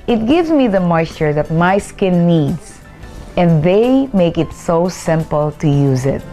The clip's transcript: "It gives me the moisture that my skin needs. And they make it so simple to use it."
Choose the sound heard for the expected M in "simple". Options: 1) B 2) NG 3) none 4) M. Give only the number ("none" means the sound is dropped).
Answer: 4